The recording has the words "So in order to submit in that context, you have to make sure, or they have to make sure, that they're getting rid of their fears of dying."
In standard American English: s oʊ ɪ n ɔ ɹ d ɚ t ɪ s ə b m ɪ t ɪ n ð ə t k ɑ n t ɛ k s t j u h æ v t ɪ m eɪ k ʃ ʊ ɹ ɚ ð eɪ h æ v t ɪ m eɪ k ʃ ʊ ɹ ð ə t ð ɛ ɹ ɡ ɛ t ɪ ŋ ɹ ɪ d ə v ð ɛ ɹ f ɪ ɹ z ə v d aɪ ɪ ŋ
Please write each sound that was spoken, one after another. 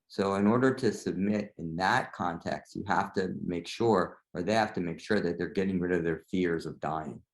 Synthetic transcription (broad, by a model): s oʊ ɪ n ɔ ɹ d ɚ t ɪ s ə b m ɪ t ɪ n ð ə t k ɑ n t ɛ k s t j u h æ f t ɪ m eɪ k ʃ ʊ ɹ ɚ ð eɪ h æ f t ɪ m eɪ k ʃ ʊ ɹ ð ə t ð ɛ ɹ ɡ ɛ t ɪ ŋ ɹ ɪ d ə v ð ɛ ɹ f ɪ ɹ z ə v d aɪ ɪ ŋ